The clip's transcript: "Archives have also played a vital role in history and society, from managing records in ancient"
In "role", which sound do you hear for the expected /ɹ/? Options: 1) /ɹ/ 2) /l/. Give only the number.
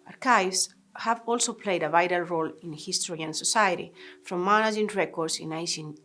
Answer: 1